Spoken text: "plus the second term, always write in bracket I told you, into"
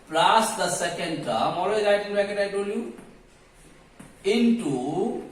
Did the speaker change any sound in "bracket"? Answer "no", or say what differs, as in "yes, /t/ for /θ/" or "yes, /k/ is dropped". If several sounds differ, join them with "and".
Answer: yes, /ɹ/ is dropped